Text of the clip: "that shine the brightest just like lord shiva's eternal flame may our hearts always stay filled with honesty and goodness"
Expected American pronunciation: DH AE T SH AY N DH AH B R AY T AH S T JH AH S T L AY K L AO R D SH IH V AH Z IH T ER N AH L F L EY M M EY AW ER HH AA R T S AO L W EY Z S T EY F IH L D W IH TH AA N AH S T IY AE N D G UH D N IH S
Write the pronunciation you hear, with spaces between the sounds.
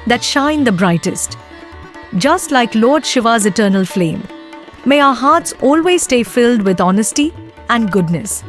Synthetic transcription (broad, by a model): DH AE T SH AY N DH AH B R AY T AH S T JH AH S T L AY K L AO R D SH IH V AH Z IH T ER N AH L F L EY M M EY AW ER HH AA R T S AO L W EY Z S T EY F IH L D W IH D AA N AH S T IY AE N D G UH D N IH S